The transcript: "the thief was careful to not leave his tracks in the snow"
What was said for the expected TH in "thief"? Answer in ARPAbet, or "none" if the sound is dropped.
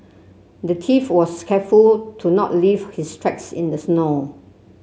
T